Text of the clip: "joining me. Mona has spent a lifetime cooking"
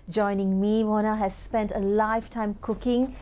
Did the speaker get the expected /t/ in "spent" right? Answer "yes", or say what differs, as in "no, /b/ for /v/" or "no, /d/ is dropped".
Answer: yes